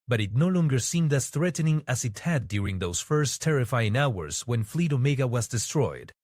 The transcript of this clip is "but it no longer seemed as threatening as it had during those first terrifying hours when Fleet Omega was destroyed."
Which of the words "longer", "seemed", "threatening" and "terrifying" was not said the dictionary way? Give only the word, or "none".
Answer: none